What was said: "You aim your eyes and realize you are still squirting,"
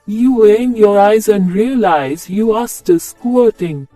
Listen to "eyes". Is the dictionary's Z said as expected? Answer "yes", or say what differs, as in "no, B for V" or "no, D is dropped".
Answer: yes